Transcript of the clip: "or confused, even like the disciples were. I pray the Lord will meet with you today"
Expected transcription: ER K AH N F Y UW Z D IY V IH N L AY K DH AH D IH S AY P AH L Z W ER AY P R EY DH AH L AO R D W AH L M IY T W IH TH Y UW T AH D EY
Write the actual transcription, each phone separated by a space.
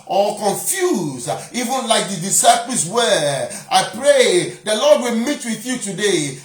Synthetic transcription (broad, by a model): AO K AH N F Y UW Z IY V IH N L AY K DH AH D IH S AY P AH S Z W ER AY P R EY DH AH L AO D W AH L M IY T W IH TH Y UW T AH D EY